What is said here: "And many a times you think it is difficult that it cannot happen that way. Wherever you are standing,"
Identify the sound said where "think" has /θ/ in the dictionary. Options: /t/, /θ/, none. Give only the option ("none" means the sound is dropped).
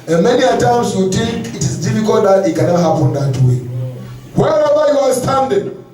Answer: /t/